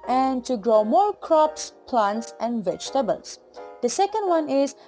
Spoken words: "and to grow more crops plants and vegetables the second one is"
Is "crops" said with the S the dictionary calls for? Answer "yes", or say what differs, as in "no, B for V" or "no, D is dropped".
yes